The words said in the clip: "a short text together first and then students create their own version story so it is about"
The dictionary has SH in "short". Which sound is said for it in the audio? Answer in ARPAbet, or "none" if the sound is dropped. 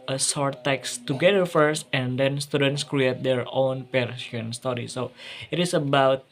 S